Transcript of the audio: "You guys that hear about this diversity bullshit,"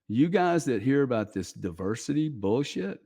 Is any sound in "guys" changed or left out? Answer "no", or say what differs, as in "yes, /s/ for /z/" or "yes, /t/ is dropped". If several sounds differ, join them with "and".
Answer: no